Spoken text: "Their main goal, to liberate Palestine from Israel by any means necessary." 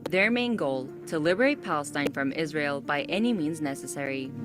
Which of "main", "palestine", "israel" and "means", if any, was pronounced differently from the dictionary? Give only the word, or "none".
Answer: none